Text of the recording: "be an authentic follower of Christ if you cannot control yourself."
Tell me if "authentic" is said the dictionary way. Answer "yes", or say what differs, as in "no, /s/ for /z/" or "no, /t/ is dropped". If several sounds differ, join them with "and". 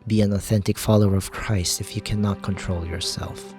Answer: yes